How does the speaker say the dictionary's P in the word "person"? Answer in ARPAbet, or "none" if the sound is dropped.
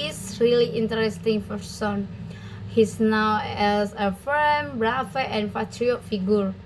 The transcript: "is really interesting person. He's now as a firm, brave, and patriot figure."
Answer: F